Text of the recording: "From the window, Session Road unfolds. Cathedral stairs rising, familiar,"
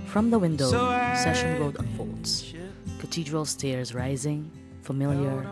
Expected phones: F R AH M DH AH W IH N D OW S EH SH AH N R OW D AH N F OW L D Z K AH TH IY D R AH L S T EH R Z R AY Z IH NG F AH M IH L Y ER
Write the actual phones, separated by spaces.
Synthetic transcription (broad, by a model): F R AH M DH AH W IH N D OW S EH SH AH N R OW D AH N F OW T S K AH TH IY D R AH L S T EH R Z R AY Z IH NG F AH M IH L Y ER